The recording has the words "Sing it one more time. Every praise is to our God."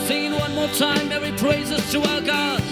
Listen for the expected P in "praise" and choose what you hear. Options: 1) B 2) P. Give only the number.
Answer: 2